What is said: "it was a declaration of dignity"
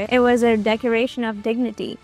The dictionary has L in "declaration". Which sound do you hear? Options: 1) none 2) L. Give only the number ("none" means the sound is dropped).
1